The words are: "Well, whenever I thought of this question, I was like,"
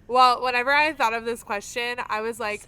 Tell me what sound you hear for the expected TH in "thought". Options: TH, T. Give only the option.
TH